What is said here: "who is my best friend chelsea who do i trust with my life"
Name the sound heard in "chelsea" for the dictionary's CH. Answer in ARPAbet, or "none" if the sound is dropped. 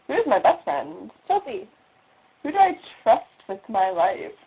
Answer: S